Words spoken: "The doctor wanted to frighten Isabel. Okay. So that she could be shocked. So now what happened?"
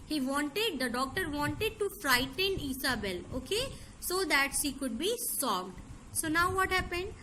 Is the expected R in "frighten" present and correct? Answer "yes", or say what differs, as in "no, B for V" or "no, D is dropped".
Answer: yes